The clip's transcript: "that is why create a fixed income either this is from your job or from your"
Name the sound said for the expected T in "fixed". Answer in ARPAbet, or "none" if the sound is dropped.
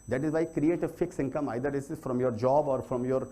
none